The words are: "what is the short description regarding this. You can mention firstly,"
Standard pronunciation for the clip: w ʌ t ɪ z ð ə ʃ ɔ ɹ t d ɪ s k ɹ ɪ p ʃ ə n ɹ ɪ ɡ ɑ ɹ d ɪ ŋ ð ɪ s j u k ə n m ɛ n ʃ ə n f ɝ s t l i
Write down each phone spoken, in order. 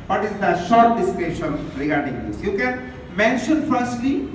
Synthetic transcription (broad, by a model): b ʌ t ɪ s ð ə ʃ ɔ ɹ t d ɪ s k ɛ ʃ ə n ɹ ɪ ɡ ɑ ɹ d ɪ ŋ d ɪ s j u k ə n m ɛ n ʃ ə n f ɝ s t l i